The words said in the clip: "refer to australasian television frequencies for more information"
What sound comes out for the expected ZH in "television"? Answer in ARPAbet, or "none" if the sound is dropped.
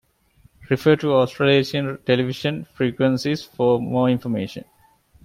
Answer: SH